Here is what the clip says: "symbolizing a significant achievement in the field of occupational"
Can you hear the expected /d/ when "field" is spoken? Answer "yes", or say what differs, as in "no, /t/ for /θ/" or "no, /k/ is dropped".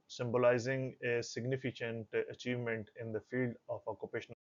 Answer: yes